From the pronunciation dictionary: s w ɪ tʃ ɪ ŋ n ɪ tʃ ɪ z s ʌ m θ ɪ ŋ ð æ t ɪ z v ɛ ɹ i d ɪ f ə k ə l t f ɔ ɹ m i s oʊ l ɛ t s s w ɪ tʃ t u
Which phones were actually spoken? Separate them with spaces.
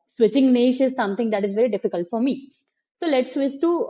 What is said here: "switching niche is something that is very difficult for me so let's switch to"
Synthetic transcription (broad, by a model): s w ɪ tʃ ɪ ŋ n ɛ ʃ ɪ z s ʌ m t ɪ ŋ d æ t ɪ z v ɛ ɹ i d ɪ f ə k ə l t f ɔ ɹ m i s oʊ l ɛ t s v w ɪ s t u